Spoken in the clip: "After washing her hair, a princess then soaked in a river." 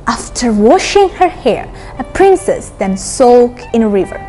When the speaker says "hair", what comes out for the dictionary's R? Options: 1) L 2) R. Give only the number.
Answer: 2